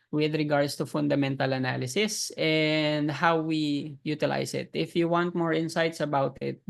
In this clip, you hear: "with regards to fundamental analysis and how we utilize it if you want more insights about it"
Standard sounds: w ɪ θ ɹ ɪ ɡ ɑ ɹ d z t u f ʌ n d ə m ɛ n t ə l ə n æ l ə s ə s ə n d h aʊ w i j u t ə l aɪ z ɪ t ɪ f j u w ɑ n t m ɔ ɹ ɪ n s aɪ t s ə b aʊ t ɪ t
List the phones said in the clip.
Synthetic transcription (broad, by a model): w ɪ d ɹ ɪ ɡ ɑ ɹ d s t u f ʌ n d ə m ɛ n t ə l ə n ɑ l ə s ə s ə n d h aʊ w i j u t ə l aɪ s ɪ t ɪ f j u w ɑ n t m ɔ ɹ ɪ n s aɪ t s ə b aʊ t ɪ t